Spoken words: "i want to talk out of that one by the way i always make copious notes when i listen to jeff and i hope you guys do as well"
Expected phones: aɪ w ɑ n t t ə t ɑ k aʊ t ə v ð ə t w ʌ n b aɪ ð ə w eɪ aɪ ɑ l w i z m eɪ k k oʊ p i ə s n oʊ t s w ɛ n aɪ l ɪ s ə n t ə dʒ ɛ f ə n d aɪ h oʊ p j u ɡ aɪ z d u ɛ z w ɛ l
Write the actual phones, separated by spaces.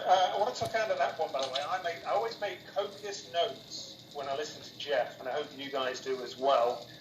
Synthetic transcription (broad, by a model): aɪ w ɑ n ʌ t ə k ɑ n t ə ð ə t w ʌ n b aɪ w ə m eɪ aɪ ɑ l w i z m eɪ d k oʊ p i ə s n oʊ t s w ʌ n aɪ l ɪ s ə n t ə dʒ ɛ f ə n aɪ h oʊ p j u ɡ aɪ z d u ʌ z w ɛ l